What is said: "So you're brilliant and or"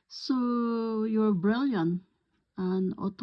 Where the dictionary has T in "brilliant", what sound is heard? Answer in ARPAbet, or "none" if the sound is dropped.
none